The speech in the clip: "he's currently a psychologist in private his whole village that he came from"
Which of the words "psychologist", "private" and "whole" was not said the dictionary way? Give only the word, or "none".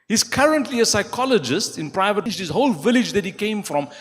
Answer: none